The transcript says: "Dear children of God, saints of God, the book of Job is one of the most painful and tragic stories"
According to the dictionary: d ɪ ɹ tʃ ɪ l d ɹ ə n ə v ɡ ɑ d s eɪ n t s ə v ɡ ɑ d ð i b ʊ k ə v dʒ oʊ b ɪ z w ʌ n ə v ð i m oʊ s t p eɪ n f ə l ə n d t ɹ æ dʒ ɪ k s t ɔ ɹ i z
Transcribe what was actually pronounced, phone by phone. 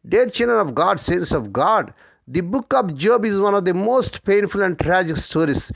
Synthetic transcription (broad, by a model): d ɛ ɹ tʃ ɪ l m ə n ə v ɡ ɑ d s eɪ n s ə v ɡ ɑ d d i b ʊ k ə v dʒ oʊ b ɪ z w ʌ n ə v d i m oʊ s t p eɪ n f ə l ə n d t ɹ æ dʒ ɪ k s t ɔ ɹ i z